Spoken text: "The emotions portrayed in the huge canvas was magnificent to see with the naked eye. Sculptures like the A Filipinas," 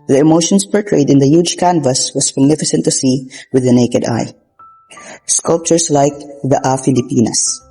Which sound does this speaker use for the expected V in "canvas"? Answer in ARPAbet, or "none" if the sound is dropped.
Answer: V